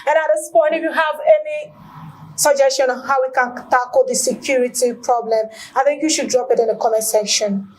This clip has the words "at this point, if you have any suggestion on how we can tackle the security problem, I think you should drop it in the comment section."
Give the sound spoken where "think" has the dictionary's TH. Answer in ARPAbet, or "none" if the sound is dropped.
TH